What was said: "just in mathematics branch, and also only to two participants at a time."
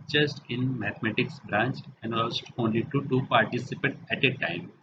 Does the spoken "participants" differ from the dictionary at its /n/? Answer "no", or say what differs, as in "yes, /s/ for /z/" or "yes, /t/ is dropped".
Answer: yes, /n/ is dropped